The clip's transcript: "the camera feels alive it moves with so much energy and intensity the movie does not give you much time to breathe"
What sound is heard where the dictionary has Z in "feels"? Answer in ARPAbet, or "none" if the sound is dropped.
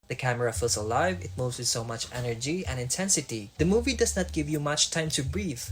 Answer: S